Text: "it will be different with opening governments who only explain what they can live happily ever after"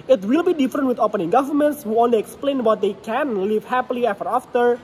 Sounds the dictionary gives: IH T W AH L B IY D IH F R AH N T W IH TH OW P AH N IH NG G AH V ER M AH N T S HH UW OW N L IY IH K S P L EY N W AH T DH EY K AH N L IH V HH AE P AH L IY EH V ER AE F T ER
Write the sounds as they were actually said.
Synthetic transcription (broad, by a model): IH T W AH L B IY D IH F R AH N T W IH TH OW P AH N IH NG G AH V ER M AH N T S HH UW OW N L IY IH K S P L EY N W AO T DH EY K AH N L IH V HH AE P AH L IY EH F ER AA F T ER